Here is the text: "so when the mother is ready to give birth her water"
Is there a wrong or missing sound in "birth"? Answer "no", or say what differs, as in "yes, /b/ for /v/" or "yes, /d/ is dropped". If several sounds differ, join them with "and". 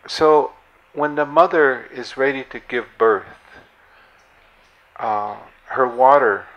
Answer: no